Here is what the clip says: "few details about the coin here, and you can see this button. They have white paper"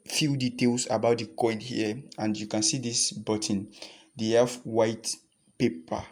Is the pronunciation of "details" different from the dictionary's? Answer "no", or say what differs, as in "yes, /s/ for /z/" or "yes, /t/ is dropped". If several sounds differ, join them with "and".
yes, /s/ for /z/